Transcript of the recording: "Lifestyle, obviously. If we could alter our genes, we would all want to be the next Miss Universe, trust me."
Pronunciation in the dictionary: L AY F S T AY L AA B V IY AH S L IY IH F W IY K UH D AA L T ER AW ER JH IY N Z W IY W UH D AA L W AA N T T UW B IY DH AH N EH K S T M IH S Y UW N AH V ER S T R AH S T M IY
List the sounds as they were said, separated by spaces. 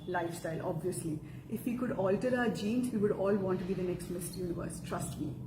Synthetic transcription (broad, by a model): L AY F S T AY L AA B V IY AH S L IY IH F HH IY K UH D AA L T ER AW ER JH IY N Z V IY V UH D AA L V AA N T T UW B IY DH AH N EH K S T M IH S Y UW N AH V ER S T R AH S T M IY